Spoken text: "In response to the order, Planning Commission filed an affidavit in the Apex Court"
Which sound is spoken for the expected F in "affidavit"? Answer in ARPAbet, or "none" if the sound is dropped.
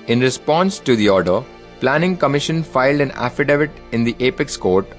F